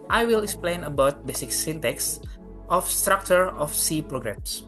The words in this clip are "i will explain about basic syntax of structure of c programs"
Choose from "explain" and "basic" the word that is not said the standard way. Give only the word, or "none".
none